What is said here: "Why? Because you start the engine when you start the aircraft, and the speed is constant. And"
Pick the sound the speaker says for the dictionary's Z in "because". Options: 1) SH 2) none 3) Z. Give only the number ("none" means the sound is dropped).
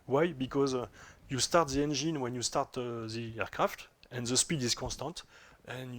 3